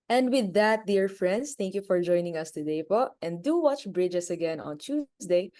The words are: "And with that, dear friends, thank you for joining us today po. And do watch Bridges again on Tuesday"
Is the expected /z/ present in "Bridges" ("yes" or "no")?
no